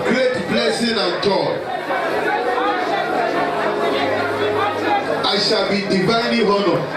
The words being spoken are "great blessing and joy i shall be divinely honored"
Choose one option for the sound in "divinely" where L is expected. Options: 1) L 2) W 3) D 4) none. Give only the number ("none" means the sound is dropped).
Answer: 4